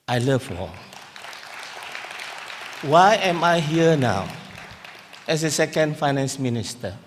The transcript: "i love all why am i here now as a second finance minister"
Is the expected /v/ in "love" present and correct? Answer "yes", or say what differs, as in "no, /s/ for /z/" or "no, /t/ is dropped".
no, /f/ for /v/